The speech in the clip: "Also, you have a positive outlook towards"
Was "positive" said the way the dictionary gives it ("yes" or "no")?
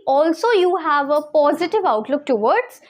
yes